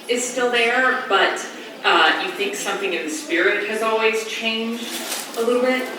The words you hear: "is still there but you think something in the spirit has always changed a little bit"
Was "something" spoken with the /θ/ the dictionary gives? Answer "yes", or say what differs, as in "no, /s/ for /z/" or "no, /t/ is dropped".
yes